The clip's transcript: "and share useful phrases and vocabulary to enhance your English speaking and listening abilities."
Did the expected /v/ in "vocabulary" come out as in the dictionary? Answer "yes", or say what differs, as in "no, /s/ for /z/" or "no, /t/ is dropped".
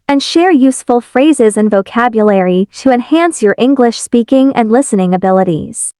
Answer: yes